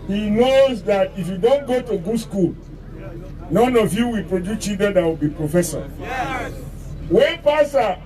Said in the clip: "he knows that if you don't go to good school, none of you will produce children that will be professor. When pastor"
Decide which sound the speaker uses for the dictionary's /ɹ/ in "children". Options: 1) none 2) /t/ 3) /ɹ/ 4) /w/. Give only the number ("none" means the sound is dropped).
1